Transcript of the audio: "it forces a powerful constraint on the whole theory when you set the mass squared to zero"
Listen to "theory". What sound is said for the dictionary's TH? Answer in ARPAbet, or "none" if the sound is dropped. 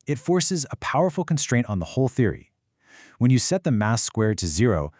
TH